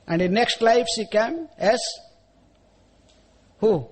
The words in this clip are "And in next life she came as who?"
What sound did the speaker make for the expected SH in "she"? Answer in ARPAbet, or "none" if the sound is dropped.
S